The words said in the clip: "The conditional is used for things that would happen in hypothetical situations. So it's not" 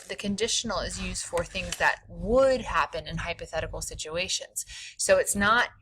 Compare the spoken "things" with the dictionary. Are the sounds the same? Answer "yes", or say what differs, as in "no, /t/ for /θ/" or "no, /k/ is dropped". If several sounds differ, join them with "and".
yes